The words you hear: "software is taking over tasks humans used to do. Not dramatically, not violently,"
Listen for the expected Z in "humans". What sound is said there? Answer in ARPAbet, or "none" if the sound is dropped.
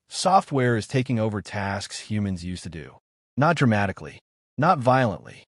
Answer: Z